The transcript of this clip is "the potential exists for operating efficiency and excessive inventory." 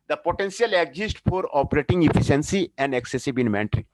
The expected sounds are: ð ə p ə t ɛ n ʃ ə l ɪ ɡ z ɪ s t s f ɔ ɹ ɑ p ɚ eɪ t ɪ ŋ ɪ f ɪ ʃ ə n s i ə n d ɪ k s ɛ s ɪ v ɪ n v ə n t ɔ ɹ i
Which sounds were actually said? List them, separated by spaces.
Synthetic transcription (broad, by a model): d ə p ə t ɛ n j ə l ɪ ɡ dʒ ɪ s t f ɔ ɹ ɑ p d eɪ t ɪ ŋ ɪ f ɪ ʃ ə n s i ə n d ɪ k s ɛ s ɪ b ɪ n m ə n t ɹ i